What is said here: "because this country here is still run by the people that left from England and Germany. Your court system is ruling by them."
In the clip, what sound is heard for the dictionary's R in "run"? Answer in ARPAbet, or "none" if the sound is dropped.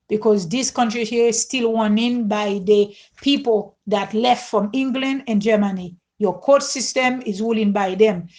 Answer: W